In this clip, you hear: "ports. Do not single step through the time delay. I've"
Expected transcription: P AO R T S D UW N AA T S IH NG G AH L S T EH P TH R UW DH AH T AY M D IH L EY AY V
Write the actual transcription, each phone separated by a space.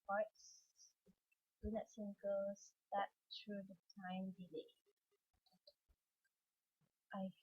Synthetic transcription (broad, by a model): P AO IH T S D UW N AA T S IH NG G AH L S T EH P T R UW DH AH T AY M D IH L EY AY